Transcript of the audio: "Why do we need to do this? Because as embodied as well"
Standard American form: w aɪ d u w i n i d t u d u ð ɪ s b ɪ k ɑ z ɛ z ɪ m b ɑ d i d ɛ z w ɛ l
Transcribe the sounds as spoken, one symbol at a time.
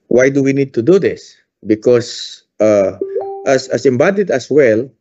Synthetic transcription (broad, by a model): w aɪ d u w i n i d t u d u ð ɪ s b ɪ k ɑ s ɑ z ɪ m b ɑ d i d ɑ s w ɛ l